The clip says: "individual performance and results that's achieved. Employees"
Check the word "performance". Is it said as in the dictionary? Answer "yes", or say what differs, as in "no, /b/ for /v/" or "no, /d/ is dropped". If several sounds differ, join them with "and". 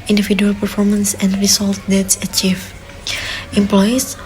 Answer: yes